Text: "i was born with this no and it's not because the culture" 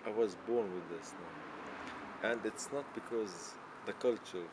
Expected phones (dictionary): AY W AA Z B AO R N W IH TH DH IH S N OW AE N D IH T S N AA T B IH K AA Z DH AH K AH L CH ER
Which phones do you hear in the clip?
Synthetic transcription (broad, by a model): AY W AA Z B AO R N W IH DH IH S N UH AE N D IH T S N AA T B IH K AA Z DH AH K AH L CH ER